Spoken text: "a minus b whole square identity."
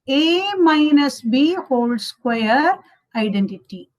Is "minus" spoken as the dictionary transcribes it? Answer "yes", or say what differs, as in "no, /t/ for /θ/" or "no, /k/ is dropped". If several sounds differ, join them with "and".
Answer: yes